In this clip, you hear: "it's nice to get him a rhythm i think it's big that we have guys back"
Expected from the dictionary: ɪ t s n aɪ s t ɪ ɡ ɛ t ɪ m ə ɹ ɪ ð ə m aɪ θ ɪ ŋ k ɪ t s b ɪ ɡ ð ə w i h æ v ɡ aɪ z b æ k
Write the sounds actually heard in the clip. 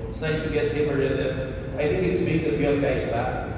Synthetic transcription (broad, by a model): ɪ t s n aɪ s t ɪ ɡ ɛ t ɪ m ə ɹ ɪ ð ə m aɪ θ ɪ ŋ k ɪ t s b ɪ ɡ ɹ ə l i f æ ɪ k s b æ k